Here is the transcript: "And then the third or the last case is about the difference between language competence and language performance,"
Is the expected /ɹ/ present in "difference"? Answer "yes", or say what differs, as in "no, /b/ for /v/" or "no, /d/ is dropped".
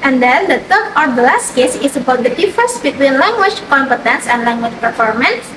no, /ɹ/ is dropped